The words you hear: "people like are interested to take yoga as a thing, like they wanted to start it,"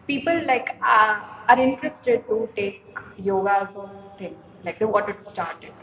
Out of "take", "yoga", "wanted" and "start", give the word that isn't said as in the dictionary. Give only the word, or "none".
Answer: wanted